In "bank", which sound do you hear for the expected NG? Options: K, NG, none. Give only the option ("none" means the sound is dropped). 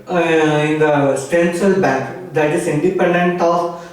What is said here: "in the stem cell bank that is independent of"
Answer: none